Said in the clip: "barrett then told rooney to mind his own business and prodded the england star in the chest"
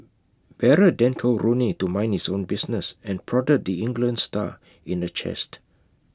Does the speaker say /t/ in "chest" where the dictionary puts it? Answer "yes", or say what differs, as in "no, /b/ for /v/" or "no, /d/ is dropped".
yes